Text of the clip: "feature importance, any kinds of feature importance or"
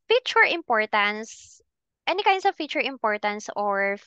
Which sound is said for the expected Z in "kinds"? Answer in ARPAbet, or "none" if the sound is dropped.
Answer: S